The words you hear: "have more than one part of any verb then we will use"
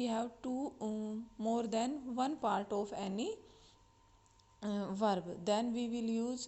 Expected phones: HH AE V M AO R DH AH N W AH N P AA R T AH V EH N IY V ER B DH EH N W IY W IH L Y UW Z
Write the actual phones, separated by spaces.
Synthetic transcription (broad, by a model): HH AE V M AO R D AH N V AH N P AA R T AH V EH N IY V ER B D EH N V IY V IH L Y UW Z